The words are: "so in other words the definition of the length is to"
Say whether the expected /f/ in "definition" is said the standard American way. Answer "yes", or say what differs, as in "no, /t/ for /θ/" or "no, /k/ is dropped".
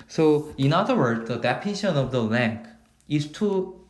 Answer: no, /p/ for /f/